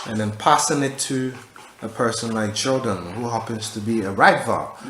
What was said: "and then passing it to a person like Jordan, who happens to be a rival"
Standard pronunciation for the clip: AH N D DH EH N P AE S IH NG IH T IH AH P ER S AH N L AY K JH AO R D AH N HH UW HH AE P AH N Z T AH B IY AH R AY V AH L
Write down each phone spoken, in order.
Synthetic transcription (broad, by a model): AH N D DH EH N P AE S IH NG IH T IH AH P ER S AH N L AY K CH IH L D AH N HH UW HH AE P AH N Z T AH B IY AH R AY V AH